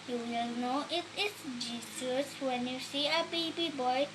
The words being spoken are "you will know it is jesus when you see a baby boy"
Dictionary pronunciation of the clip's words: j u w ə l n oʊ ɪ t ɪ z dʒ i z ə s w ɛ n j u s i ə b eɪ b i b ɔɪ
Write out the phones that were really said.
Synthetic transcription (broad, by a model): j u w ə l n oʊ ɪ t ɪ s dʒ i s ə s w ɛ n j u s i ə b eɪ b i b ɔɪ